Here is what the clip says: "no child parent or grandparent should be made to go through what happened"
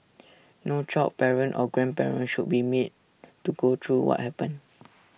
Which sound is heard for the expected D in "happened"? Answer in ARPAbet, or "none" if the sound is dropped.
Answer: none